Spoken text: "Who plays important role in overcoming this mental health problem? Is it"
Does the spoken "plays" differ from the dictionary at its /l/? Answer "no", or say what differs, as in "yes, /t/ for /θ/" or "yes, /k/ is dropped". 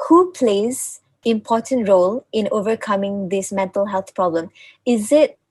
no